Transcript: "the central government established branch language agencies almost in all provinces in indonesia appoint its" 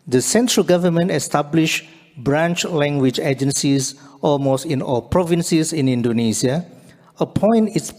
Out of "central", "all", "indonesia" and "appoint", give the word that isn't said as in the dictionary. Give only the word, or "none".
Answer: indonesia